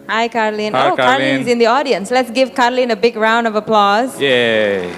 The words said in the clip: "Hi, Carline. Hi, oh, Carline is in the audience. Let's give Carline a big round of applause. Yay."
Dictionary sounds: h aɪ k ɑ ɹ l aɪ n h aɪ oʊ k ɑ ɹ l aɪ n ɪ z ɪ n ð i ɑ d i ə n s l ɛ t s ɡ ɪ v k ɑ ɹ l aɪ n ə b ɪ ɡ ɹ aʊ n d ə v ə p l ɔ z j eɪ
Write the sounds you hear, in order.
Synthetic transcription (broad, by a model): h aɪ k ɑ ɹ l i n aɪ oʊ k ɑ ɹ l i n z ɪ n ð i ɑ d i ə n s l ɛ t s ɡ ɪ v k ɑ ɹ l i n ə b ɪ ɡ ɹ aʊ n d ə v ə p l ɔ z j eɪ